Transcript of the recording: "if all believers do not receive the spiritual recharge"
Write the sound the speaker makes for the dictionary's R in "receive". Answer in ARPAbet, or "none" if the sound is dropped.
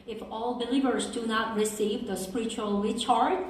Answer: R